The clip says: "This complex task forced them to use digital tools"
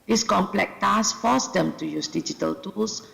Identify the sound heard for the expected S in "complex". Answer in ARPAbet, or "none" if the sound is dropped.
none